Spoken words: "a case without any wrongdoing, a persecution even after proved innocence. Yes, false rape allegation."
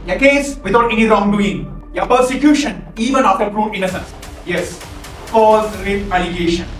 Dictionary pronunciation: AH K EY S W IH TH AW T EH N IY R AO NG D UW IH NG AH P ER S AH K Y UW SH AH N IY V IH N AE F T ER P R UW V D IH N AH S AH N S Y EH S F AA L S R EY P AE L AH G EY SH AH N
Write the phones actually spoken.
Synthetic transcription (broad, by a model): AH K EY S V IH T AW T EH N IY R AO NG D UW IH NG AH P ER S AH K Y UW SH AH N IY V IH N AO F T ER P R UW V IH N AH S AH N S Y EH S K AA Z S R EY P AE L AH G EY SH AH N